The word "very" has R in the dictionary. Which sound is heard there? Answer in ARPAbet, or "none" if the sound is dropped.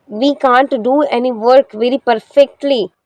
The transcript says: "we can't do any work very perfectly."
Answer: R